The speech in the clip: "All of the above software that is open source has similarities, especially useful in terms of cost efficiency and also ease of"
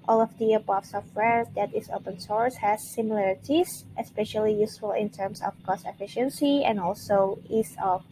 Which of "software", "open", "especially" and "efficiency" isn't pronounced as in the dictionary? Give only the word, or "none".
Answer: none